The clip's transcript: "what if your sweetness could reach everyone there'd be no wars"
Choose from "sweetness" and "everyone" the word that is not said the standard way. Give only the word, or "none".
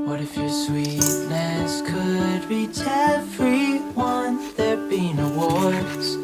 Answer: everyone